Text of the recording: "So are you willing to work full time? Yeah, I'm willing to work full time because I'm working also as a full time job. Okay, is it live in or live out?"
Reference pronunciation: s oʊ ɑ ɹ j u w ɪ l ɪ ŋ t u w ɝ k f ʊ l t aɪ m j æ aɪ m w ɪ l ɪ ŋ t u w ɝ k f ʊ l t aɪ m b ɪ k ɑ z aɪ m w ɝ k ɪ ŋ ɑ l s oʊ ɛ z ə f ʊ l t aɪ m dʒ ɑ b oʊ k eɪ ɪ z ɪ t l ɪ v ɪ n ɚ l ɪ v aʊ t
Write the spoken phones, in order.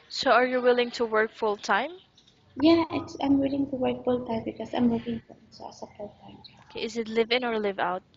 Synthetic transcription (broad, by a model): s oʊ ɑ ɹ j u w ɪ l ɪ ŋ t u w ɝ k f ʊ l t aɪ m j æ aɪ m w ɪ l ɪ ŋ t u w ɝ k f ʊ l t aɪ m b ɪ k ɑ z aɪ m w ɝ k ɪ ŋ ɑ s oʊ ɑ s ə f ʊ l t aɪ m oʊ k eɪ ɪ z ɪ t l ɪ v ɪ n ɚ l ɪ v aʊ t